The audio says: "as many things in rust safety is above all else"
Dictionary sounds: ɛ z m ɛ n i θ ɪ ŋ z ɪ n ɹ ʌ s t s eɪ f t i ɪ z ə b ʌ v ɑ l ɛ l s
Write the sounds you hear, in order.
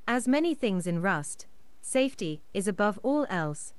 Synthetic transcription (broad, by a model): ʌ z m ɛ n i θ ɪ ŋ z ɪ n ɹ ʌ s t s eɪ f t i ɪ z ə b ʌ v ɑ l ɛ l s